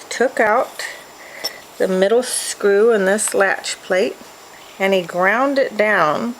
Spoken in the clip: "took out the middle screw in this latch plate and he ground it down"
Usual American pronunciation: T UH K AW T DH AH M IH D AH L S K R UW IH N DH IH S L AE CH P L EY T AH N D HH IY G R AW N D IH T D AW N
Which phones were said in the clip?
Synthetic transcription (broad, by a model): T UH K AW T DH AH M IH D L S K R UW IH N DH IH S L AE CH P L EY T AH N IY G R AW N D IH T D AW N